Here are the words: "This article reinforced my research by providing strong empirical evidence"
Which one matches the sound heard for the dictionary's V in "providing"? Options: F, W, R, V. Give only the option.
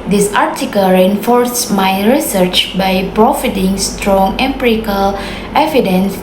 F